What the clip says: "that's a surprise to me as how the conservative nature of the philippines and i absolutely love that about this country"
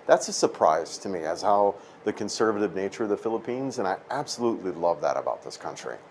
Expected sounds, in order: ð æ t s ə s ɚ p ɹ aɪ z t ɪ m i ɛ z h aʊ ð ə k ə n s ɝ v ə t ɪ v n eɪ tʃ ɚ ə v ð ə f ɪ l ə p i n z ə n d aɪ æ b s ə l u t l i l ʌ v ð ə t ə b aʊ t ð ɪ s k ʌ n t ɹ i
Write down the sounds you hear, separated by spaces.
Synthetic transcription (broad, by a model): ð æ t s ə s ɚ p ɹ aɪ z t ɪ m i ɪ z h aʊ ð ə k ə n s ɝ v ə t ɪ v n eɪ tʃ ɚ ə v ð ə f ɪ l ə p i n z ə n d aɪ æ b s ə l u t l i l ʌ v ð ə t ə b aʊ t ð ɪ s k ʌ n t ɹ i